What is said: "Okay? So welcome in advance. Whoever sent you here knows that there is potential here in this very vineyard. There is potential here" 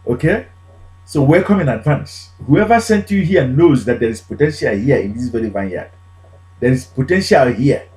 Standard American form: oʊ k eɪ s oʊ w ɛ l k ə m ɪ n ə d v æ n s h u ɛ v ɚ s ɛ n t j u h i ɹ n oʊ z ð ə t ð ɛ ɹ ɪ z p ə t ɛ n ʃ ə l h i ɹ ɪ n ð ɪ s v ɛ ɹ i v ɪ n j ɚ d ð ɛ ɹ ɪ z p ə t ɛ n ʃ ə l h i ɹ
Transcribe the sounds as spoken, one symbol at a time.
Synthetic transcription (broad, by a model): oʊ k eɪ s oʊ w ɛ k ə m ɪ n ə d v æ n s h u ɛ v ɚ s ɛ n t j u h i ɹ n oʊ z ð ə t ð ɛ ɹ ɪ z p ə t ɛ n ʃ ə l h i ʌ ɪ n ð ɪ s v ɛ ɹ i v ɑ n j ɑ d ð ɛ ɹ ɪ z p ə t ɛ n ʃ ə l h i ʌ